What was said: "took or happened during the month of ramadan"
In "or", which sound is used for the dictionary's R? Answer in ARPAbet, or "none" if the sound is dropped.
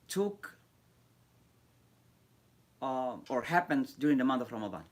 R